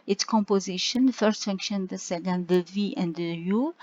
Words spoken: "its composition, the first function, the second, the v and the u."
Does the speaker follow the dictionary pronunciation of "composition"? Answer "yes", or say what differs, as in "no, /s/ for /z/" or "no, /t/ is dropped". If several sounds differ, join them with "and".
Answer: yes